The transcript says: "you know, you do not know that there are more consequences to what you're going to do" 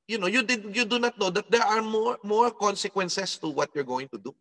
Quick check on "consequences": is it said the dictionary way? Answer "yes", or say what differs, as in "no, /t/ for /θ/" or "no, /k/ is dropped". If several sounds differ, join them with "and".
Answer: no, /s/ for /z/